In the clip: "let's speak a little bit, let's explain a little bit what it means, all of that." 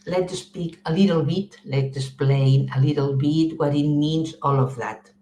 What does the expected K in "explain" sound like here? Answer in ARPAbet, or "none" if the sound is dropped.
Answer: none